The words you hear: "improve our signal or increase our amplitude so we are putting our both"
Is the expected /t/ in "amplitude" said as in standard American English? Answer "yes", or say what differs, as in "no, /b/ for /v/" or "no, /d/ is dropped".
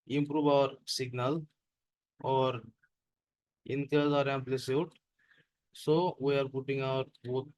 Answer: no, /s/ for /t/